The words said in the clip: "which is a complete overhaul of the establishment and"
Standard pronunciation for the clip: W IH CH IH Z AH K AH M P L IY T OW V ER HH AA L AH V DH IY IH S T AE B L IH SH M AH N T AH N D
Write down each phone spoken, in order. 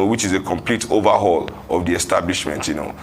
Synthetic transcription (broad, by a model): W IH CH IH Z AH K AH M P L IY T OW V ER HH AA L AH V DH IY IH S T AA B L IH SH M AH N T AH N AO